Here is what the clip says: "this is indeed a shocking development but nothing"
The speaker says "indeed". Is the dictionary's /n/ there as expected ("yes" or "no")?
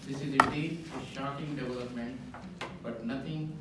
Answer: no